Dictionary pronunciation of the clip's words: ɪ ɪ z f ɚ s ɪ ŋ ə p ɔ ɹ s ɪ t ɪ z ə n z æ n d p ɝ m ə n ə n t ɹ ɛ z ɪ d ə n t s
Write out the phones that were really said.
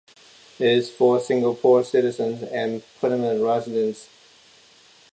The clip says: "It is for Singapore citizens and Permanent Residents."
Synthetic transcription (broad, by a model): ɪ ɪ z f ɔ s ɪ ŋ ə p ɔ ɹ s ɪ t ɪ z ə n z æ n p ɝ ə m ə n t ɹ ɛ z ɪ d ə n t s